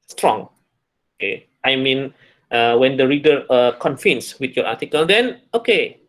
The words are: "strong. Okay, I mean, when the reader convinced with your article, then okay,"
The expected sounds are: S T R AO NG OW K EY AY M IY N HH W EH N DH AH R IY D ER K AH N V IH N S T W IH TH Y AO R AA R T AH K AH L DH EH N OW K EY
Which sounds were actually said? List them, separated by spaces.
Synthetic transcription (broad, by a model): S T R AO NG OW K EY AY M IY N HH W EH N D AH R IY D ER K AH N F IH N S W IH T Y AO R AA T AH K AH L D EH N OW K EY